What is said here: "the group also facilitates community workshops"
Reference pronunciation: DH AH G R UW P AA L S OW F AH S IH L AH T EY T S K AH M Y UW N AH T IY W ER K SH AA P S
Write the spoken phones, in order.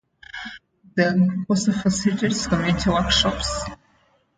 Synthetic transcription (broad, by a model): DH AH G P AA S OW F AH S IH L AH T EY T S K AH M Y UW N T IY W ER K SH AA P S